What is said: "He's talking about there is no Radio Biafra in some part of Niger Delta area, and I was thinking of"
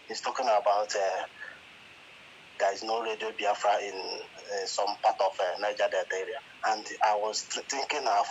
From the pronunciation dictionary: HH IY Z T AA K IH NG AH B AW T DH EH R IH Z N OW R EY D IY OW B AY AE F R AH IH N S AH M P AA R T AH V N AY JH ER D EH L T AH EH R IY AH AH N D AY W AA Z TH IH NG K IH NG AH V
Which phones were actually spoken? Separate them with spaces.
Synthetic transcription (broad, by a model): HH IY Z T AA K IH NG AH B AW T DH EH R IH Z N OW R EY D IY OW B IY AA F R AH IH N S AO M P AA T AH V N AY JH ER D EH T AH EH R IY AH AH N D AY W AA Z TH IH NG K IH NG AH